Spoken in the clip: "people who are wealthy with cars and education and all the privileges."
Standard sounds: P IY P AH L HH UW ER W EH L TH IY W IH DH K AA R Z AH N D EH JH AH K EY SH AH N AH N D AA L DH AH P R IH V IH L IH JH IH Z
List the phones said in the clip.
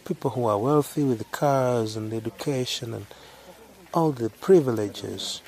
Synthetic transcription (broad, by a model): P IY P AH L HH UW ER W EH L TH IY W IH DH K AA R Z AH N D EH JH AH K EY SH AH N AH N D AA L DH AH P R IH V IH L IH JH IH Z